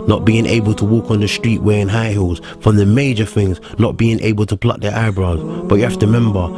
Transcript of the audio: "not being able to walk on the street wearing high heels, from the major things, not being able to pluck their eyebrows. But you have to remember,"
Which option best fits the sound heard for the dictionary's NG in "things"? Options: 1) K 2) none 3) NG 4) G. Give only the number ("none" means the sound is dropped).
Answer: 3